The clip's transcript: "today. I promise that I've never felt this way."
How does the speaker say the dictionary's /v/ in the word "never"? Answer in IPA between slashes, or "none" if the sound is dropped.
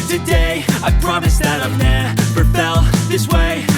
/p/